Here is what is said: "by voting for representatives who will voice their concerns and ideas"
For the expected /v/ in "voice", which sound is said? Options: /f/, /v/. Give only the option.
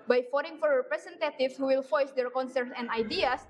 /f/